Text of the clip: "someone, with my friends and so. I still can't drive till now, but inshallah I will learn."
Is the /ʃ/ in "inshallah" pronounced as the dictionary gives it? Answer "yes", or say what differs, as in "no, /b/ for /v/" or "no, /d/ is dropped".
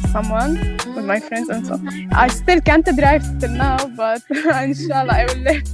yes